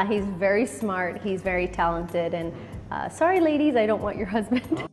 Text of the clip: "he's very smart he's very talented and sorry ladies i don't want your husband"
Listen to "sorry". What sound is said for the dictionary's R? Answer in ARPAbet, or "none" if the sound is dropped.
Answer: R